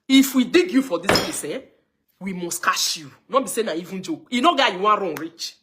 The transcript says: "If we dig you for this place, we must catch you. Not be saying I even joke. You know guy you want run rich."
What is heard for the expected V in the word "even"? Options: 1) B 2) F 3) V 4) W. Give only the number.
3